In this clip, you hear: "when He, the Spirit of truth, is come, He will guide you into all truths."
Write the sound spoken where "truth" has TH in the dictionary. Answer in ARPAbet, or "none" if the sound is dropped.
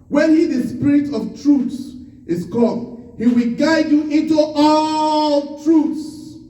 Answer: S